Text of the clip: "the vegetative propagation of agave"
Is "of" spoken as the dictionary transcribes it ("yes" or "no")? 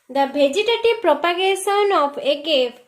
no